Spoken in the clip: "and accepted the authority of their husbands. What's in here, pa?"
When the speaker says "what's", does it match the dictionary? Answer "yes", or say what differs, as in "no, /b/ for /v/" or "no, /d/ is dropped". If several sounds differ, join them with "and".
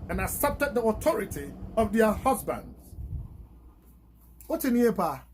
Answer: no, /s/ is dropped